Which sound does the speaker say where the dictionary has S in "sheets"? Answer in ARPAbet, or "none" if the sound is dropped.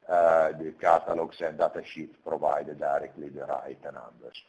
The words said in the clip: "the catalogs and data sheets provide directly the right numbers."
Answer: none